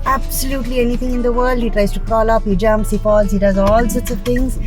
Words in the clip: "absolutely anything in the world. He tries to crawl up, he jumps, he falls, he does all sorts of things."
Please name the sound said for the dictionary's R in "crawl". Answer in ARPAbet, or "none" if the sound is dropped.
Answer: none